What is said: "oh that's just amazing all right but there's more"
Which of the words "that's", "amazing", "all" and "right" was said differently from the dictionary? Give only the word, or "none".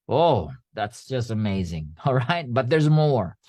none